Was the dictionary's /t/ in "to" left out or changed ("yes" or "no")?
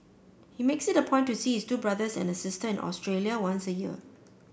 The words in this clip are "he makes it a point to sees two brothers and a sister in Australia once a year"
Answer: yes